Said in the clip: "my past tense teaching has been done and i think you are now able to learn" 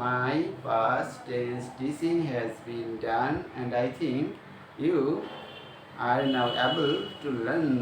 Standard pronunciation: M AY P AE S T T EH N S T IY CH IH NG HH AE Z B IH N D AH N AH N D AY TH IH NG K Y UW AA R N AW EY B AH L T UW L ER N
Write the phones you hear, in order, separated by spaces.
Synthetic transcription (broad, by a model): M AY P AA S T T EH S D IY S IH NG HH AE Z B IH N D AH N AH N D AY T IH NG K Y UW AA R N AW EY B AH L T UW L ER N